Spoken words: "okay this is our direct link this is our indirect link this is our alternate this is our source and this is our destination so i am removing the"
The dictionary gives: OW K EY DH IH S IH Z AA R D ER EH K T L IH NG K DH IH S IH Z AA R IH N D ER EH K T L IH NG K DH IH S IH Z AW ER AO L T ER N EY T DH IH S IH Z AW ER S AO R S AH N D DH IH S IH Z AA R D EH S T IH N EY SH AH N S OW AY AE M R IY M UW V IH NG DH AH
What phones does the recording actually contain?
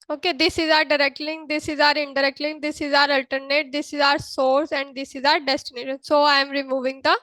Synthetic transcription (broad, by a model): OW K EY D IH S IH Z AA R D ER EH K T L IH NG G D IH S IH Z AA R IH N D ER EH K T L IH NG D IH S IH Z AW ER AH L T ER N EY T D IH S IH Z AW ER S AO R S AH N D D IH S IH Z AA R D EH S T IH N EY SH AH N S OW AY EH M R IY M UW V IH NG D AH